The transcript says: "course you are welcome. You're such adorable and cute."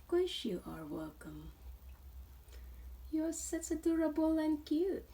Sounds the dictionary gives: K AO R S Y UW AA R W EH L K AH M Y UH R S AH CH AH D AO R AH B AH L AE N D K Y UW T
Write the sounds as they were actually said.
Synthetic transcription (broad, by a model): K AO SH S Y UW AA R W EH L K AH M Y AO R S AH S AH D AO R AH B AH L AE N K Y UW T